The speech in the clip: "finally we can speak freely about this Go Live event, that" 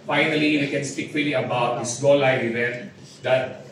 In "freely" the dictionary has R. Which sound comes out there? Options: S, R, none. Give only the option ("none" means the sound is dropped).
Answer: none